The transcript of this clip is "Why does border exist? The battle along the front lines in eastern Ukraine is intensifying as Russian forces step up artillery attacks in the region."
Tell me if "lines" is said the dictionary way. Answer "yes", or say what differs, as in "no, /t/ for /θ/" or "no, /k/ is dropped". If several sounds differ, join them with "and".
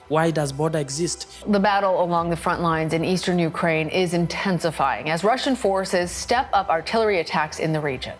yes